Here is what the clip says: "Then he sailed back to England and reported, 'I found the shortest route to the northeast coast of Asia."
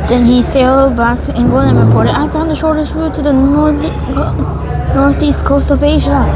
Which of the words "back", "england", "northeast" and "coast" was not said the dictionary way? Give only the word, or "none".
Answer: england